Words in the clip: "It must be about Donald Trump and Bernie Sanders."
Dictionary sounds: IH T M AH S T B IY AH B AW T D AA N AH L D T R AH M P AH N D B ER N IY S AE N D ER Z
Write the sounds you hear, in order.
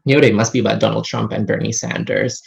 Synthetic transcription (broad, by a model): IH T M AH S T B IY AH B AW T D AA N L D T R AH M P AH N B ER N IY S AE N D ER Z